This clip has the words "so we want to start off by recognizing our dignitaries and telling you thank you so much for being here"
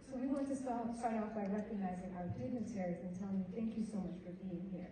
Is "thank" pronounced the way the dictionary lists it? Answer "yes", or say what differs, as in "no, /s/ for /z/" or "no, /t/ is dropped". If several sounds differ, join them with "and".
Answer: yes